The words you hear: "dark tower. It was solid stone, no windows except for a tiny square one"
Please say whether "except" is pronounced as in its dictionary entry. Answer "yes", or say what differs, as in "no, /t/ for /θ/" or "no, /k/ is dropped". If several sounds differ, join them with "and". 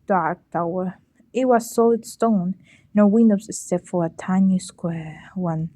no, /k/ is dropped